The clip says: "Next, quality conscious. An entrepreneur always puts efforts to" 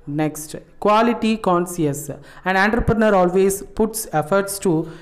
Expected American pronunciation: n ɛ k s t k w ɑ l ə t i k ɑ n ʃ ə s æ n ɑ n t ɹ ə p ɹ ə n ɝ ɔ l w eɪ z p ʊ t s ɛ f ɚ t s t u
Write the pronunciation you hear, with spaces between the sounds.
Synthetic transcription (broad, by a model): n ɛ k s t k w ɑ l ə t i k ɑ n s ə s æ n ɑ n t ɹ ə p ɹ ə n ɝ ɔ l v eɪ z p ʊ t s ɛ f ɚ t s t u